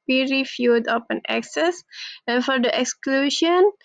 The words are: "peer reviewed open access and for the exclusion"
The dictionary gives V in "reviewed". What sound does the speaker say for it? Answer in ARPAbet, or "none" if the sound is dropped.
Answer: F